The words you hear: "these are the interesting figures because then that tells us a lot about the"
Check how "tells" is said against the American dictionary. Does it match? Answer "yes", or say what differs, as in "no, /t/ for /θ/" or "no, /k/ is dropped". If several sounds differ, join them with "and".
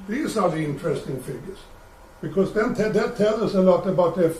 no, /z/ is dropped